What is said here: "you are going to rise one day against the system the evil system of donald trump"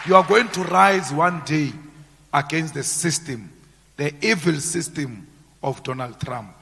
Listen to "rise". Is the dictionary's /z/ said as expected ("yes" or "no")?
yes